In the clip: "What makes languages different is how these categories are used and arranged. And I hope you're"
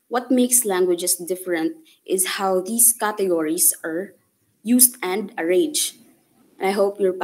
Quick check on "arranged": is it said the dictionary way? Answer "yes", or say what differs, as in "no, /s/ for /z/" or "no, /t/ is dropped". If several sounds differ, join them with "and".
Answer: no, /n/ is dropped and /d/ is dropped